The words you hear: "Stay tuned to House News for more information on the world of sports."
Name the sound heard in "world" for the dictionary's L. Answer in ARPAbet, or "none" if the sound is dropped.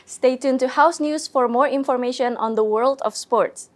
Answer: L